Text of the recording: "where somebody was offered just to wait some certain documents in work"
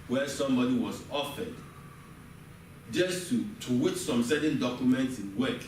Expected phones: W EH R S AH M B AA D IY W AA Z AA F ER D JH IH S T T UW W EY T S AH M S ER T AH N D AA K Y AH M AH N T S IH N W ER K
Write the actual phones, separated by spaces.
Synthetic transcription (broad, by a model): W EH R S AH M B AA D IY W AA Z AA F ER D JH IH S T T UW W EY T S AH M S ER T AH N D AA K Y AH M AH N T S IH N W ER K